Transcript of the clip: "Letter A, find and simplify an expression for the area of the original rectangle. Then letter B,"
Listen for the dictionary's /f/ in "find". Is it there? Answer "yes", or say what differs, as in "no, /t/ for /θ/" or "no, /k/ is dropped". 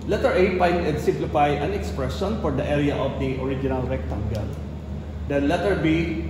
no, /p/ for /f/